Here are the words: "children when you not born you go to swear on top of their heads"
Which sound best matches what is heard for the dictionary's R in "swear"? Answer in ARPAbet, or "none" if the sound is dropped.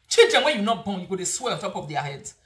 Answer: L